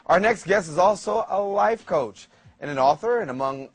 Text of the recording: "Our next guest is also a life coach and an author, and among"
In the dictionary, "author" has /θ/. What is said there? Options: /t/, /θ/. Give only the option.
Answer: /θ/